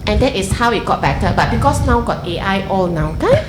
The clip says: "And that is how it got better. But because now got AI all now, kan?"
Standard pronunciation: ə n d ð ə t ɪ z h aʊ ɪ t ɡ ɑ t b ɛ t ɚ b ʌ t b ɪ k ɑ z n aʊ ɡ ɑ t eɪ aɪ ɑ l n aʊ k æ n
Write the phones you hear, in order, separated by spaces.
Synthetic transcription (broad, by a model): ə n d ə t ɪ s h aʊ ɪ t ɡ ɑ t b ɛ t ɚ b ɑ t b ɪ k ɑ s n aʊ ɡ ɑ t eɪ aɪ ɑ l n aʊ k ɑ